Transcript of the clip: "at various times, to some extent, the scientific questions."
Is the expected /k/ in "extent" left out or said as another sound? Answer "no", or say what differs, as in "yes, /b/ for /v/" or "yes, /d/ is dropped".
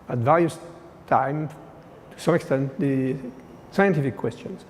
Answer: no